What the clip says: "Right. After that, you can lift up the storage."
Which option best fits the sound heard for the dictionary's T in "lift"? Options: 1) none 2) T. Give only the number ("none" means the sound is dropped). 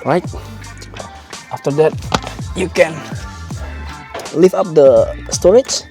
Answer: 1